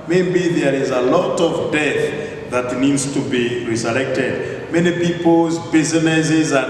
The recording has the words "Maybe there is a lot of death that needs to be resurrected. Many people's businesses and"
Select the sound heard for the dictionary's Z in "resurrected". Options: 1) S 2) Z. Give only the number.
1